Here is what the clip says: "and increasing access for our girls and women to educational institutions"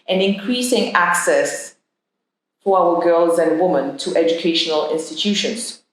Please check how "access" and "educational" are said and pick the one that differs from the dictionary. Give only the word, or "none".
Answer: none